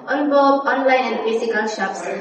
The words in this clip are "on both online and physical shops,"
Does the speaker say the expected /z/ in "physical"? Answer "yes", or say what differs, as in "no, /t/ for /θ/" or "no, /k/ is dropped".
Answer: no, /s/ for /z/